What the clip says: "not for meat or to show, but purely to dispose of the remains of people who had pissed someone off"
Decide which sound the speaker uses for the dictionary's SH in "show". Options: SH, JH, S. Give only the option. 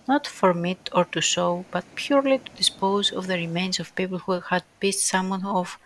S